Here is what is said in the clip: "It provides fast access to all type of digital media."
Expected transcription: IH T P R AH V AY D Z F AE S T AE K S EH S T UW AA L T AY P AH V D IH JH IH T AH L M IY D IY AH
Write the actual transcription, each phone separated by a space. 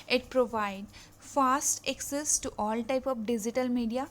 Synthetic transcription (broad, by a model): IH T P R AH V AY D F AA S T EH K S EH S T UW AA L T AY P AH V D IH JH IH T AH L M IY D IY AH